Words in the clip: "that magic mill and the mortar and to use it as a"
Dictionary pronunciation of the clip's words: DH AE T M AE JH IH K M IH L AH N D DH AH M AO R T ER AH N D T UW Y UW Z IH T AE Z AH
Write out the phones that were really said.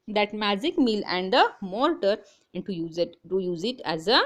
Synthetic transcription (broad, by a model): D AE T M AE JH IH K M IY L AH N D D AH M AO L T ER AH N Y T UW Y UW Z IH T AE Z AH